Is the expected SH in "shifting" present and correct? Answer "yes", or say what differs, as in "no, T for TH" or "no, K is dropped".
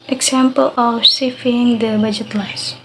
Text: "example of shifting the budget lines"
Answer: no, S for SH